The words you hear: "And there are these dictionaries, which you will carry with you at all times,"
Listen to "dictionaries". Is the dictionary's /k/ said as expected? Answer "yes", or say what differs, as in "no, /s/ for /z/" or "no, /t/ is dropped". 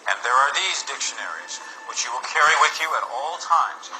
yes